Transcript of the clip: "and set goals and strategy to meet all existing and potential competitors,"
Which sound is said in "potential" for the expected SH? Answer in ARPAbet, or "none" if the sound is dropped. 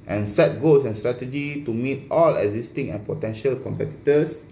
SH